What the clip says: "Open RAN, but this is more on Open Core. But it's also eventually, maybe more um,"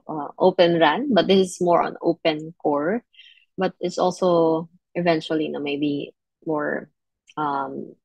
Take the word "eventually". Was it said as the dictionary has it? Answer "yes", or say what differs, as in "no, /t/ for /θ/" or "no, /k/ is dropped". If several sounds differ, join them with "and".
no, /n/ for /l/